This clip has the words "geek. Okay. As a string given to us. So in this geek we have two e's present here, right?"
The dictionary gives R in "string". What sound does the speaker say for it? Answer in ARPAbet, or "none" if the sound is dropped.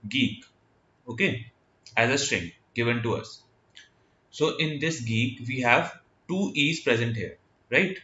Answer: R